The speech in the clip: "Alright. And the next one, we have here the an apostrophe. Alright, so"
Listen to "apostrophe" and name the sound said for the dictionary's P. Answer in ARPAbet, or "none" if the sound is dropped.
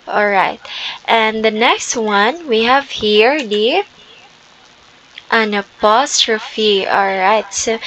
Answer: P